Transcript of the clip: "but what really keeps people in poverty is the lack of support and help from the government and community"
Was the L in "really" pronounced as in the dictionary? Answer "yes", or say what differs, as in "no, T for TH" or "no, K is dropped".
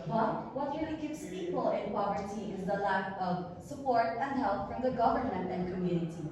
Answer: no, L is dropped